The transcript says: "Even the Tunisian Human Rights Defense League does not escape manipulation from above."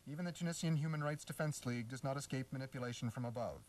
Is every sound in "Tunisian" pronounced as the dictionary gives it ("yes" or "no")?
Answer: no